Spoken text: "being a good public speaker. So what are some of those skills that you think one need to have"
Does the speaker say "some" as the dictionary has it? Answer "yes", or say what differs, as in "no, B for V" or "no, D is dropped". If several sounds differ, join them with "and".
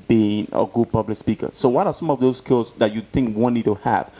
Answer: yes